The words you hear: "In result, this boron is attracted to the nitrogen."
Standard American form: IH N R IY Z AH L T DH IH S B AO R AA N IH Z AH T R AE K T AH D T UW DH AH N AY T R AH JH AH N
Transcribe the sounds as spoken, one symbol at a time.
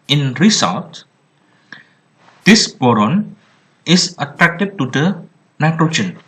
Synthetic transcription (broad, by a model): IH N R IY S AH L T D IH S B AO R AA N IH S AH T R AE K T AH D T UW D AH N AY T R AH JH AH N